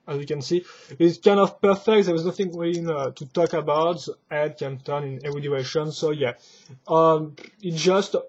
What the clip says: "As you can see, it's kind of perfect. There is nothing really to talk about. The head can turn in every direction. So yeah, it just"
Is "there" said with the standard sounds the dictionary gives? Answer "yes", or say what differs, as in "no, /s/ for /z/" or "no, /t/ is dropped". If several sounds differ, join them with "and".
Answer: no, /w/ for /ɹ/